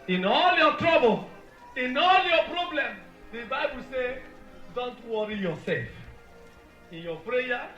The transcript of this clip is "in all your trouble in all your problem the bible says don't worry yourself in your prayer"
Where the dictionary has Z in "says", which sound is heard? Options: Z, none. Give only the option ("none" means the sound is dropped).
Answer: none